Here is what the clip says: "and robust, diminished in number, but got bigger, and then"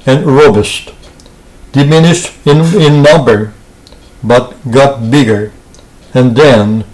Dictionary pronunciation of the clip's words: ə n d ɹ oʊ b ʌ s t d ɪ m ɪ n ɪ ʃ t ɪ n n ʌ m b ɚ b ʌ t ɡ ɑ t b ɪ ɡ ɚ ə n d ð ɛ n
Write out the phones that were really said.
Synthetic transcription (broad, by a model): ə n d ɹ oʊ b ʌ s t d ɪ m ɪ n ɪ ʃ t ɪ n n ʌ m b ɚ b ʌ t ɡ ɑ t b ɪ ɡ ɚ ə n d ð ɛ n